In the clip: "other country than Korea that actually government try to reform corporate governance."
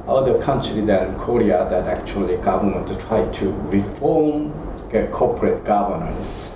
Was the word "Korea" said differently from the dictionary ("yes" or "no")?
no